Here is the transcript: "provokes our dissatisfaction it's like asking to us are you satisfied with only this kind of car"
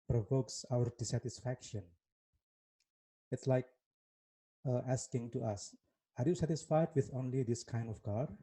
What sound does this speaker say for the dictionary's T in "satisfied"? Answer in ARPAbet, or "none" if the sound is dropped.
T